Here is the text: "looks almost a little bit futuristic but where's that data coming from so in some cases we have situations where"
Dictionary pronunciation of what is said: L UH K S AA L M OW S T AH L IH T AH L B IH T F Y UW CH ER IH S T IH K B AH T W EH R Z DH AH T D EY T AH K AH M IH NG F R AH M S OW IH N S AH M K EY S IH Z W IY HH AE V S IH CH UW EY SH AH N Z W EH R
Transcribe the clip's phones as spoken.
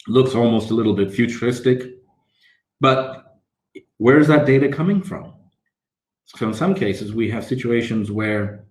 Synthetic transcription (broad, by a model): L UH K S AA L M OW S T AH L IH T L B IH T F Y UW CH ER IH S T IH K B AH T W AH R Z DH AH T D EY T AH K AH M IH NG F R AH M S OW IH N S AH M K EY S IH Z W IY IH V S IH CH UW EY SH AH N Z W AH R